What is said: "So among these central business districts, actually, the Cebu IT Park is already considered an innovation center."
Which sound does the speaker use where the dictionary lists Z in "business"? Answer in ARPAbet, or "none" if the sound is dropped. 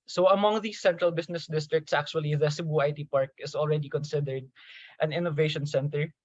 S